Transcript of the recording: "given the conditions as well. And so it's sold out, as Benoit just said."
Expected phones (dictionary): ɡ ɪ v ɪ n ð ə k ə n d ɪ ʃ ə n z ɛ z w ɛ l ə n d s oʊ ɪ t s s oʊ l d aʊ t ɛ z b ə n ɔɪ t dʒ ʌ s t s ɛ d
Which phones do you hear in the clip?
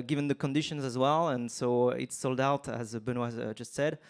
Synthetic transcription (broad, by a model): ɡ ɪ v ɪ n ð ə k ə n d ɪ ʃ ə n z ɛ z w ɛ l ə n s oʊ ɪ t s s oʊ l d aʊ t z b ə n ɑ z dʒ ʌ s t s ɛ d